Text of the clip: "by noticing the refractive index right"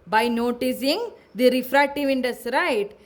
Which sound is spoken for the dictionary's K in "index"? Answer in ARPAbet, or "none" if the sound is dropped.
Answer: none